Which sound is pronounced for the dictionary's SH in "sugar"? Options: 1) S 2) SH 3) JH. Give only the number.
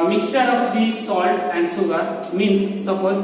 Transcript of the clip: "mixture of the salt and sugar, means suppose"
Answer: 1